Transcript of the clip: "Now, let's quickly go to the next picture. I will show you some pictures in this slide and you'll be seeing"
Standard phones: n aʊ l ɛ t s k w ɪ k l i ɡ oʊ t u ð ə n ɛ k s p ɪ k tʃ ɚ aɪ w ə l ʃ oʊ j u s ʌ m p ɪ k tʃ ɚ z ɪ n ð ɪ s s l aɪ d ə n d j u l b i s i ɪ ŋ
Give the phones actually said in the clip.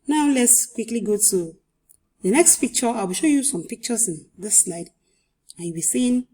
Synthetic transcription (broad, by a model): n aʊ l ɛ t s k w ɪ k l i ɡ oʊ t u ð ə n ɛ k s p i k tʃ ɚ aɪ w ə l ʃ oʊ j u s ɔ m p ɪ k tʃ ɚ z ɪ n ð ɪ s s l aɪ d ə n j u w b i s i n